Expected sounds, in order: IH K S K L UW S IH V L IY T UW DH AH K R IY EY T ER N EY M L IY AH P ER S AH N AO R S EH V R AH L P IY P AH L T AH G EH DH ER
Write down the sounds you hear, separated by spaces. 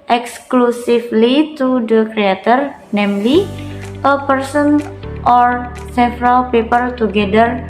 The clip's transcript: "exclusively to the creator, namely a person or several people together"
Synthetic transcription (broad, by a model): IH K S K L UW S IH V L IY T UW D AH K R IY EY T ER N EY M L IY AH P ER S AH N AO R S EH F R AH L P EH P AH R T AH G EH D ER